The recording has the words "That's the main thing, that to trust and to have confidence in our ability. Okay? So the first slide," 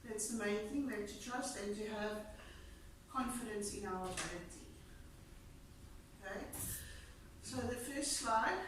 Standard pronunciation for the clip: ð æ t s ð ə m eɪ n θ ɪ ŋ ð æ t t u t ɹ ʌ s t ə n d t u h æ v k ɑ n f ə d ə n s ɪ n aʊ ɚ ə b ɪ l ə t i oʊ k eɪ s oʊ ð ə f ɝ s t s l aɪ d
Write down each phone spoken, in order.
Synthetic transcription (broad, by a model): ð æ t s ð ə m eɪ n θ ɪ ŋ ð æ t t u t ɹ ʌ s t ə n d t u h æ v k ɑ n f ə d ə n s ɪ n aʊ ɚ ə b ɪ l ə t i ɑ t s oʊ ð ə f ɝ s t s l aɪ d